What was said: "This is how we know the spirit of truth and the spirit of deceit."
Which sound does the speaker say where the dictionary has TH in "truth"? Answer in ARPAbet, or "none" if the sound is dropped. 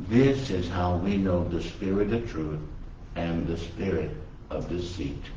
TH